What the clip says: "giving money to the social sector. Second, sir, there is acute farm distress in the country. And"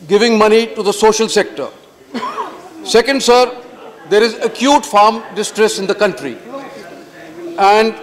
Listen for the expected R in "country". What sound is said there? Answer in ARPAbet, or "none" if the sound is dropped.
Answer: R